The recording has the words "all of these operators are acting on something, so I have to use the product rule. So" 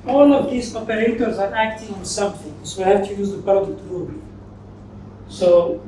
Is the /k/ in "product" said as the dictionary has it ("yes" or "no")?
no